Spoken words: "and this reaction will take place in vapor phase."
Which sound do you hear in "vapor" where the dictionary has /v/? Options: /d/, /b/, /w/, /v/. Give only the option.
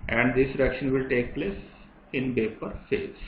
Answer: /b/